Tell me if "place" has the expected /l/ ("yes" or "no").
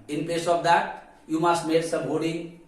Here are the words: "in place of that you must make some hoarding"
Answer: no